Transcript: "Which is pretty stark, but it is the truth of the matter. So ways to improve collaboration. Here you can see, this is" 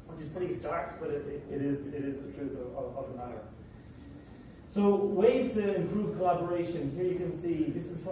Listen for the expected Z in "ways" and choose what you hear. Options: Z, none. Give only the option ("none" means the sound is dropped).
none